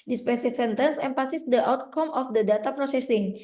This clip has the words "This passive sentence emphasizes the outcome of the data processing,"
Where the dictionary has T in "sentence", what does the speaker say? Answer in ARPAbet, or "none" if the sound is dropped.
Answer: T